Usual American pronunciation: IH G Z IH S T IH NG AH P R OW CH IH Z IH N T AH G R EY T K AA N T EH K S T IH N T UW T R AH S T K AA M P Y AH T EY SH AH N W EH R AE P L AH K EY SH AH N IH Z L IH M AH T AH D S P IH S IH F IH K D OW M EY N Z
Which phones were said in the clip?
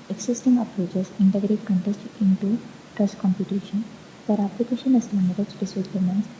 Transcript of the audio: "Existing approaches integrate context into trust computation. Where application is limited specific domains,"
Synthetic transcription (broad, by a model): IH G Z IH S T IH NG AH P R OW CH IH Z IH N T AH G R EY T K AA N T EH S T IH N T UW T R AH S T K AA M P Y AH T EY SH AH N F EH R AE P L AH K EY SH AH N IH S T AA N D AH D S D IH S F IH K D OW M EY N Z